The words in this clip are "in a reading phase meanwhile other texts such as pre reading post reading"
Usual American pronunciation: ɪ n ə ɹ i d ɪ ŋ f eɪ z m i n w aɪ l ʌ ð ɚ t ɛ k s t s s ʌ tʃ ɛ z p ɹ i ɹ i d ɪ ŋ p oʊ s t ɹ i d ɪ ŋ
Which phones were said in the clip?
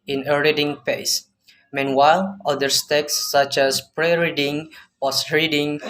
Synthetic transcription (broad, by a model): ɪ n ə ɹ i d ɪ ŋ p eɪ s m i n w aɪ l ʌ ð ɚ t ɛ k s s s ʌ tʃ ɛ s p ɹ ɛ ɹ i d ɪ ŋ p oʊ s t ɹ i d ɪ ŋ